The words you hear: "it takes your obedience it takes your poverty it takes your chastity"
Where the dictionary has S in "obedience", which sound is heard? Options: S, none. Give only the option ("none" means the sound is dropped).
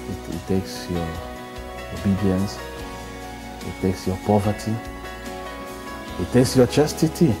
S